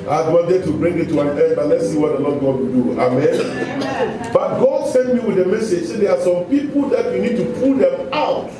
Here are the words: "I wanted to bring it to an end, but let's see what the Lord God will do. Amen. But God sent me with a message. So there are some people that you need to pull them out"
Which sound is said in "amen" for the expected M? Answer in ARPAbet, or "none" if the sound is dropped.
M